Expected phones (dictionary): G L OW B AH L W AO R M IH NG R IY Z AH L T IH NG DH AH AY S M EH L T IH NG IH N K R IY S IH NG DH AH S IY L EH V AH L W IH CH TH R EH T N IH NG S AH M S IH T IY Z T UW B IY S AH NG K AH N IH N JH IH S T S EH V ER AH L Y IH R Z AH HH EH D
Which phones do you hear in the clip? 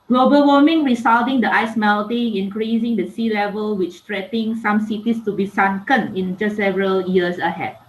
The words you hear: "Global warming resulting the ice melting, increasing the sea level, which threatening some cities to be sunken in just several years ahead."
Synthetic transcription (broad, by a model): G L OW B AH L W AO M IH NG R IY S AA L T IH NG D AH AY S M EH L T IH NG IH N K R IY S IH NG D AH S IY L EH V AH L W IH CH T R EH T IH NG S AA M S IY T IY S T UW B IY S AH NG K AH N IH N JH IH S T S EH V ER AH L Y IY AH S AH HH EH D